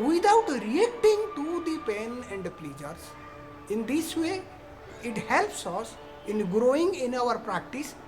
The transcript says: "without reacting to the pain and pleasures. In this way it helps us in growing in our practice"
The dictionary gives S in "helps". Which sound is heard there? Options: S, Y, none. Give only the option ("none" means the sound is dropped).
S